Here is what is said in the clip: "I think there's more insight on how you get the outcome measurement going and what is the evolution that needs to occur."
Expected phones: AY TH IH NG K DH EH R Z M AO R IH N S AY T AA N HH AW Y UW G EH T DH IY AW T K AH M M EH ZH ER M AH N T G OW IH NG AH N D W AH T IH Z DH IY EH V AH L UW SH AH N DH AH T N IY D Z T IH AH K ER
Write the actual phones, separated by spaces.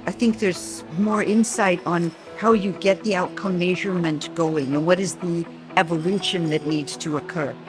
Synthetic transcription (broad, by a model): AY TH IH NG K DH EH R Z M AO R IH N S AY T N HH AW Y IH G EH T DH IY AW T K AH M M EH ZH ER M AH N T G OW IH NG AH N W AH T IH Z DH IY EH V AH L UW SH AH N DH AH T N IY D Z T IH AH K ER